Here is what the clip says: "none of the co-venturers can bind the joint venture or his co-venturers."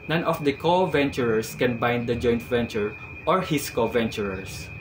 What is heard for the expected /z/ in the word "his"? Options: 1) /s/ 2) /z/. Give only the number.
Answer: 1